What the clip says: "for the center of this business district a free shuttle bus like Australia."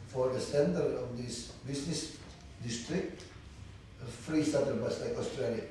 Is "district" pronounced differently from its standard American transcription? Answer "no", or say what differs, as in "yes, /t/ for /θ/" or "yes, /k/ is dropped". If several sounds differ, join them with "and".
no